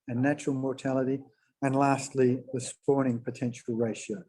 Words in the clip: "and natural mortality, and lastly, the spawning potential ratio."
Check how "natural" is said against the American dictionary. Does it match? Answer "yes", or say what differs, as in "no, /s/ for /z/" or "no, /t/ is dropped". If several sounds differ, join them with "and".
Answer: yes